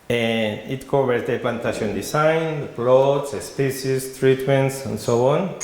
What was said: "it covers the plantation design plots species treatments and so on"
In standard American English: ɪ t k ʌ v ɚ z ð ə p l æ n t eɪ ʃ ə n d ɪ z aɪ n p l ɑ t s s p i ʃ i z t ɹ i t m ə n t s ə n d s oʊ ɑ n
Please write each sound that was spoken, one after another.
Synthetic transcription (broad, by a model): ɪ t k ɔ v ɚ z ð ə p l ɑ n t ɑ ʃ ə n d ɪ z aɪ n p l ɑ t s s p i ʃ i s t ɹ i t m ə n t s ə n s oʊ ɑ n